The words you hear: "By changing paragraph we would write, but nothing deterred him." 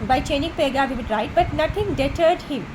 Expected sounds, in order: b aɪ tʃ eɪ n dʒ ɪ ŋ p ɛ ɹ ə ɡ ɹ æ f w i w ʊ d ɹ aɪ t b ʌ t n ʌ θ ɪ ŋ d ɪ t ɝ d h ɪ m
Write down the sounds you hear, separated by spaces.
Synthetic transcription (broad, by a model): b aɪ tʃ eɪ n ɪ ŋ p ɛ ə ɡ ɑ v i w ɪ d ɹ aɪ t b ʌ t n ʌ t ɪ ŋ d ɪ t ɝ d h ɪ m